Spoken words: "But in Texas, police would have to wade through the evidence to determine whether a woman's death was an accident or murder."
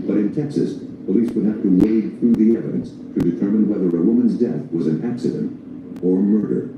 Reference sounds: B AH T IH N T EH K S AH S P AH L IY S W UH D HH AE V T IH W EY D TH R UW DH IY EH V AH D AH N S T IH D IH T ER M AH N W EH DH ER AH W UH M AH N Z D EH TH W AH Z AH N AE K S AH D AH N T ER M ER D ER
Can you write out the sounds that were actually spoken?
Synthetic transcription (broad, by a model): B AH T IH N T EH K S AH S P AH L IY S W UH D HH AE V T IH W EY D TH R UW DH IY EH V AH D AH N S T IH D IH T ER M AH N W EH DH ER AH W UH M AH N Z D EH TH W AH Z AH N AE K S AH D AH N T ER M ER D ER